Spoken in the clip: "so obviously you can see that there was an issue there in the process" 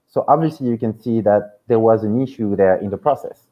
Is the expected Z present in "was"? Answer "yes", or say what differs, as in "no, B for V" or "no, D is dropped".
yes